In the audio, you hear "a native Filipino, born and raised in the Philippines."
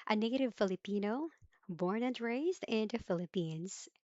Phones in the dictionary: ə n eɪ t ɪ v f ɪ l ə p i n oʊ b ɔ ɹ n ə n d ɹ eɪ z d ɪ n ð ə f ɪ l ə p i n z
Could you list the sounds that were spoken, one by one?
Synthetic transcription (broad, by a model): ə n eɪ t ɪ v f ɪ l ə p i n oʊ b ɔ ɹ n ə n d ɹ eɪ z d ɪ n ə f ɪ l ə p i n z